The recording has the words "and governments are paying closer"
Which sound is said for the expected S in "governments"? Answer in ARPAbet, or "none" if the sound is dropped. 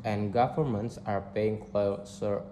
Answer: S